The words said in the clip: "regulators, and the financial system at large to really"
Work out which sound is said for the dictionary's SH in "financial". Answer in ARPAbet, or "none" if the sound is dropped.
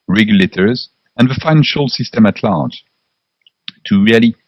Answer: SH